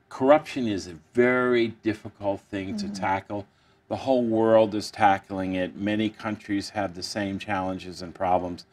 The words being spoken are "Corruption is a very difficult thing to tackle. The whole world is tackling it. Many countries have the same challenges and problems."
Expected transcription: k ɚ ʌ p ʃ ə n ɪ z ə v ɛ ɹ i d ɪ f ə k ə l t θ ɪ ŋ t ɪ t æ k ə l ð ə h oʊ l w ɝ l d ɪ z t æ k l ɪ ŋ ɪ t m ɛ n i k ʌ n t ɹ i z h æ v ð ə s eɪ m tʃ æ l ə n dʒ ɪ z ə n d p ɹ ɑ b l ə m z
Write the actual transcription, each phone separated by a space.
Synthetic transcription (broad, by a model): k ɚ ʌ p ʃ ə n ɪ z ə v ɛ ɹ i d ɪ f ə k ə l t θ ɪ ŋ t ɪ t æ k l ð ə h oʊ l w ɝ l d ɪ z t æ k l ɪ ŋ ɪ t m ɛ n i k ʌ n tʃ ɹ i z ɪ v ð ə s eɪ m tʃ æ l ə n dʒ ɪ z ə n p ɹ ɑ b l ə m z